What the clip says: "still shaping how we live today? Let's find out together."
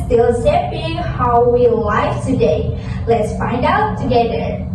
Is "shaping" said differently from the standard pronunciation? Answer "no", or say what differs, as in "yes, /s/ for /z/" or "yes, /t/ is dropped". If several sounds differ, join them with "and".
yes, /s/ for /ʃ/